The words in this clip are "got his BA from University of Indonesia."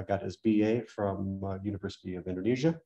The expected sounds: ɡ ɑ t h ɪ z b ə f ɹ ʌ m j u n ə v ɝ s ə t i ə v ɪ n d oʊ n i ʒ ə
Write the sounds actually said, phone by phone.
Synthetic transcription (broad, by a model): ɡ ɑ t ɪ z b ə f ɹ ʌ m j u n ə v ɝ s ə t i ə v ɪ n d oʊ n i ʒ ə